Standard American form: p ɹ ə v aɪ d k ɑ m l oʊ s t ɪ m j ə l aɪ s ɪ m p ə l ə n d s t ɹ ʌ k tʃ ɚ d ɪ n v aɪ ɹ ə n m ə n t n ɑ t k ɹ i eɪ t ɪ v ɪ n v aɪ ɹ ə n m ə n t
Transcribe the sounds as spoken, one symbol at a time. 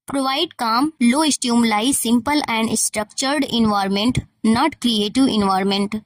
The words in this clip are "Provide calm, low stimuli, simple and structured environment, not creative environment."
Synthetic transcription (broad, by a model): p ɹ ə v aɪ d k ɑ m l oʊ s t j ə l aɪ s ɪ m p ə l ə n d s t ɹ ʌ k tʃ ɚ d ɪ n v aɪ ɹ m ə n t n ɑ t k ɹ i eɪ t ɪ v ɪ n v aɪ ɹ m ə n t